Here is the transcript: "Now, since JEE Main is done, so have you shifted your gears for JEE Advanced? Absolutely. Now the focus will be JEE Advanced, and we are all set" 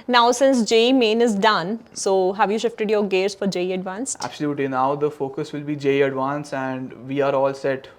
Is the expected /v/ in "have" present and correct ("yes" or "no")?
yes